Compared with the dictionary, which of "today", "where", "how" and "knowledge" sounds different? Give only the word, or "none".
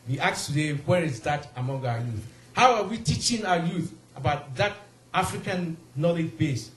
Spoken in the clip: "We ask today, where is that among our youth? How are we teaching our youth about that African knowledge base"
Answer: none